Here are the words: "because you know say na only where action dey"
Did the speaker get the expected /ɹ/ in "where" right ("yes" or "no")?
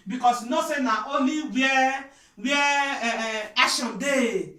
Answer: no